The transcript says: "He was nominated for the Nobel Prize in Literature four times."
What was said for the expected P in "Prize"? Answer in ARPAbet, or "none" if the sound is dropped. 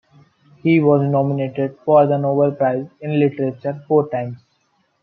P